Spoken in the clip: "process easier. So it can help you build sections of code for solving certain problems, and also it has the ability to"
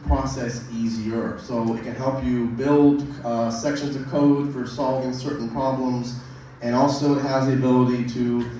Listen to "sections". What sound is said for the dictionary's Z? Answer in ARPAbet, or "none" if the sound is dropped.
Z